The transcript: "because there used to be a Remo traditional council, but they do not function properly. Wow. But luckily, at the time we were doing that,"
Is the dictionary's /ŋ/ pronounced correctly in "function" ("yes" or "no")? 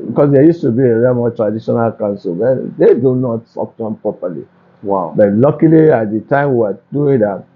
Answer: no